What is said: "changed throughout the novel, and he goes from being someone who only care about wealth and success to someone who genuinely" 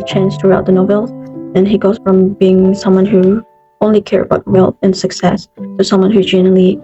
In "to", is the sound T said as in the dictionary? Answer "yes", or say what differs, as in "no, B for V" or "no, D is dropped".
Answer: no, S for T